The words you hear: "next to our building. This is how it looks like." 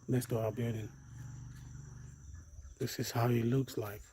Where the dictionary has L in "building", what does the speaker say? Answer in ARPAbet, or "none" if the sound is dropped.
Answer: none